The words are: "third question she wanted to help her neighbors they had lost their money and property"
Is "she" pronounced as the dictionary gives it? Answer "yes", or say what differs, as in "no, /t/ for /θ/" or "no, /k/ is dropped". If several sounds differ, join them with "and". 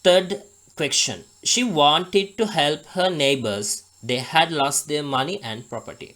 yes